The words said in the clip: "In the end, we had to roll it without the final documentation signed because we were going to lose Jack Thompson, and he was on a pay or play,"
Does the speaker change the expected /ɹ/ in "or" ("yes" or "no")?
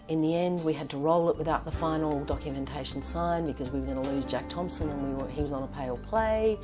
yes